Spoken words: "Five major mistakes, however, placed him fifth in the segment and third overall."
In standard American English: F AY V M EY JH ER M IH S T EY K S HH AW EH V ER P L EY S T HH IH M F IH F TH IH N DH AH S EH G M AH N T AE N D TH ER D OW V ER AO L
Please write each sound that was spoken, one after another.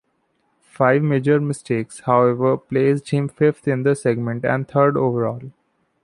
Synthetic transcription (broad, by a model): F AY V M EY JH ER M IH S T EY K S HH AW EH V ER P L EY S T HH IH M F IH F T IH N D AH S EH G M AH N T AE N D T ER D OW V ER AO L